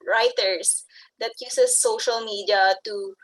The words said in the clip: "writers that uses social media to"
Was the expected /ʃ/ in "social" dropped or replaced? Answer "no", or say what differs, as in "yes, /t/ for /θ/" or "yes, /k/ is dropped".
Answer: no